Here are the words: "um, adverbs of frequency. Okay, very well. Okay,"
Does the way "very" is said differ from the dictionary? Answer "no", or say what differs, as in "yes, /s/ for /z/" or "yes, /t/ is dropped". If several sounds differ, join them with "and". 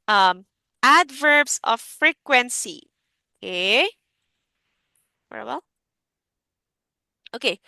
yes, /w/ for /v/